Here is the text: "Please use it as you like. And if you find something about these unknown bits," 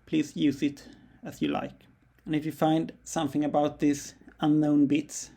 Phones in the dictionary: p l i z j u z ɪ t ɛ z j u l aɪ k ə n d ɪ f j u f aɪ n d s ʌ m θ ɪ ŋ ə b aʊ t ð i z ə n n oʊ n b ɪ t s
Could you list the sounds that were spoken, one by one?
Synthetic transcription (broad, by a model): p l i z j u z ɪ t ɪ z j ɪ l aɪ k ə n ɪ f j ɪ f aɪ n d s ʌ m θ ɪ ŋ ə b aʊ t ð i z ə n n oʊ n b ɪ t s